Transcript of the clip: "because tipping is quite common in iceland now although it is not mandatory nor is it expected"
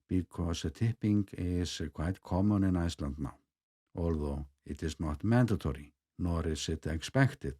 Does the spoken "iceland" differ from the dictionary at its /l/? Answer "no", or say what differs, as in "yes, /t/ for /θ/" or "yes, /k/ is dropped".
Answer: no